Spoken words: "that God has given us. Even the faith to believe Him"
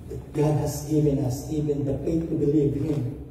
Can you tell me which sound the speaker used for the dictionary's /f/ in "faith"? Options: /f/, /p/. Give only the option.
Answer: /p/